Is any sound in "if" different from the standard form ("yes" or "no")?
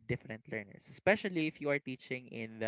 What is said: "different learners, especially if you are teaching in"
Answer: no